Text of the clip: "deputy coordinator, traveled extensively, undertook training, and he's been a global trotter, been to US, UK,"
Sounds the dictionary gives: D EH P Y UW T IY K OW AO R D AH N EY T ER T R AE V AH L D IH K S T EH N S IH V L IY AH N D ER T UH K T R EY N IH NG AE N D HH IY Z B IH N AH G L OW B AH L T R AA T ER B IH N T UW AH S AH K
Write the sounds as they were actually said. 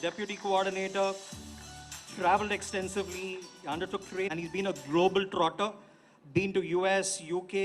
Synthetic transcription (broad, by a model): D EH P Y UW T IY K OW AO R D AH N EY T ER T R AE V AH L D IH K S T EH N S IH V L IY AH N D ER T UH K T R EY IH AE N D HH IY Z B IH N AH G L OW B AH L T R AA T ER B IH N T UW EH S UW K